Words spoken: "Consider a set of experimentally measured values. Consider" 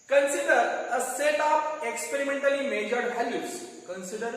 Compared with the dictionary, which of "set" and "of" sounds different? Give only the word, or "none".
of